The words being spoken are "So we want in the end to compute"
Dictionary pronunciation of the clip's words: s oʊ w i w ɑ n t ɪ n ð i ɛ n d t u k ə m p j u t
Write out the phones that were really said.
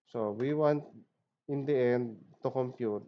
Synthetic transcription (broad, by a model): s oʊ w i w ɑ n t ɪ n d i ɛ n d t u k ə m p j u t